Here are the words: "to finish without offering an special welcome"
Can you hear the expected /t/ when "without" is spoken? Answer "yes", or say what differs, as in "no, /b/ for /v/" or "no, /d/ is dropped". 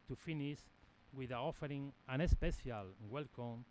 no, /t/ is dropped